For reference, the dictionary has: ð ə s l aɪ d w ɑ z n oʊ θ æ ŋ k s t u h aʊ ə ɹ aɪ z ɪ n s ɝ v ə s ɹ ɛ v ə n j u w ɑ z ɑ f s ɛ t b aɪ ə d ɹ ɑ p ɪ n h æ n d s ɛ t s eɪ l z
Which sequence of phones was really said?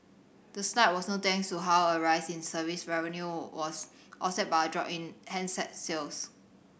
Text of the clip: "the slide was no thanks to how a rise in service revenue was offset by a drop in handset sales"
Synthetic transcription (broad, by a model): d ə s n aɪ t w ɑ s n oʊ t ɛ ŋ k s t u h aʊ ə ɹ aɪ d ɪ n s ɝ v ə s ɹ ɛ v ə n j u w ɑ s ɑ s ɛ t b aɪ ə d ɹ ɑ p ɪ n h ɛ n s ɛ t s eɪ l s